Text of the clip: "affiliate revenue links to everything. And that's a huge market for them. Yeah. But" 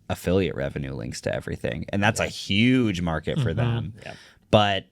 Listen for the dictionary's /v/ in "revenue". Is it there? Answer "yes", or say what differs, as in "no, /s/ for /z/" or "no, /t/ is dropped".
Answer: yes